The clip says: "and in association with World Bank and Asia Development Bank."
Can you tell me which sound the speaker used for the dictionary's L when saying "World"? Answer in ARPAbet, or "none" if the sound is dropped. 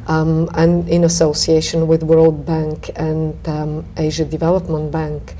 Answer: L